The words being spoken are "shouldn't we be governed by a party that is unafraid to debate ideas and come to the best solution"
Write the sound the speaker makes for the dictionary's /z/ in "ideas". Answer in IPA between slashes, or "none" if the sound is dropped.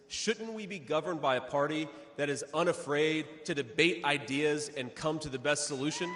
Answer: /z/